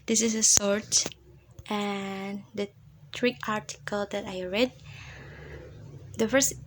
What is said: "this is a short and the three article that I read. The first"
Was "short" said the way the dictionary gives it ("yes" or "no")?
no